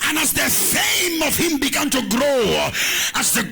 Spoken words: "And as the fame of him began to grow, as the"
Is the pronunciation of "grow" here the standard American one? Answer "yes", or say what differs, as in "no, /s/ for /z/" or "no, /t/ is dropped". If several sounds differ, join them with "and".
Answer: yes